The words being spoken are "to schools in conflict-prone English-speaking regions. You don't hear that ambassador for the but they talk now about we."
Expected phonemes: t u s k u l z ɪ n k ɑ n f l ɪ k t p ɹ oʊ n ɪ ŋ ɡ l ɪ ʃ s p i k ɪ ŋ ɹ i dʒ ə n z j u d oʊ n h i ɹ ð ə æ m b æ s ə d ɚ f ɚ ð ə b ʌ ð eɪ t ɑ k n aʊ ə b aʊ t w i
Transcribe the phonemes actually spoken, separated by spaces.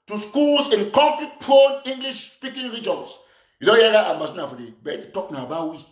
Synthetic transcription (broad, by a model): t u s k u l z ɪ n k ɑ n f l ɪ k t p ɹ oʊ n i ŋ ɡ l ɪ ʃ s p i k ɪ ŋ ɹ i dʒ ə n s j u d oʊ n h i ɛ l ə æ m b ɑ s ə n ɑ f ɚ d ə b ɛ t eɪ t ɑ k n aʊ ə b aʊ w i